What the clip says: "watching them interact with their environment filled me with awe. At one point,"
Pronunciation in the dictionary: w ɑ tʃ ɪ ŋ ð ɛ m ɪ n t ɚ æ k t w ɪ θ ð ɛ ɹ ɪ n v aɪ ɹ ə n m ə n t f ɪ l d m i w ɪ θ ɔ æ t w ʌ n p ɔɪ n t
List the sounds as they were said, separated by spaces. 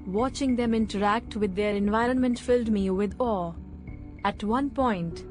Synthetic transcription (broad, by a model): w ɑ tʃ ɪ ŋ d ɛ m ɪ n t ɚ æ k t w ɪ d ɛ ɹ ɪ n v aɪ ɹ ə n m ə n t f ɪ l d m i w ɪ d ɔ æ t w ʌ n p ɔɪ n t